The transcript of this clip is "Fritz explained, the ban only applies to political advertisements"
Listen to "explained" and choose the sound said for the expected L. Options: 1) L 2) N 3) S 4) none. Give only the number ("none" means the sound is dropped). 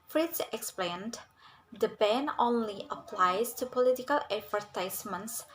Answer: 1